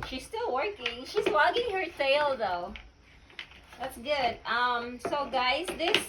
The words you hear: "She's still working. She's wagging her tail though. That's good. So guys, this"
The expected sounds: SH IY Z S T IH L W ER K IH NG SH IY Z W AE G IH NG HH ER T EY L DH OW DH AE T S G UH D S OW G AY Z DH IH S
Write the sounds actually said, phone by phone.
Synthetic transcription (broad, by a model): SH IY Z S T IH L W ER K IH NG SH IY Z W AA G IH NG HH ER S EY L DH OW DH AE T S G UH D S OW G AY Z DH IH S